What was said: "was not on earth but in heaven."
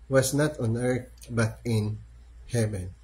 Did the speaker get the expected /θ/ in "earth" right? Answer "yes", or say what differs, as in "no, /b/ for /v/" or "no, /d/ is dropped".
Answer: no, /t/ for /θ/